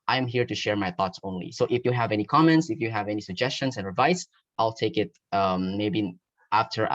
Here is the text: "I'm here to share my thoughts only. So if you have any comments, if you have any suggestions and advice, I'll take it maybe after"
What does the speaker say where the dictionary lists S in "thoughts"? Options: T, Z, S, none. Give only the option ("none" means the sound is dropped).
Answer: S